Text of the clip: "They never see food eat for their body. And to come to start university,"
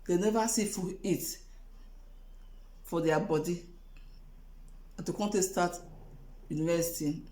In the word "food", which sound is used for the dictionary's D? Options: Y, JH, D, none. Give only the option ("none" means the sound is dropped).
none